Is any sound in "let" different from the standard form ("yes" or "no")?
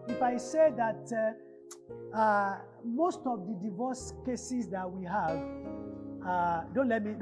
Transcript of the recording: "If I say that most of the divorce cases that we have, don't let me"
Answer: no